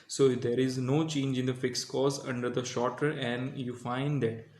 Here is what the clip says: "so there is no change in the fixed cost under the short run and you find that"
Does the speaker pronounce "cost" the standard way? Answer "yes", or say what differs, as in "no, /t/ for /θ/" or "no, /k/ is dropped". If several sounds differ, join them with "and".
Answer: no, /t/ is dropped